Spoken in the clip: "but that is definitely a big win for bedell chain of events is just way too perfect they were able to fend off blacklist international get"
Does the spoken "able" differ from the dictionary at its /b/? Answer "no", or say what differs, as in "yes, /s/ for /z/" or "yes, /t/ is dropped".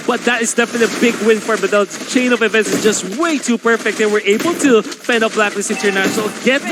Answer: no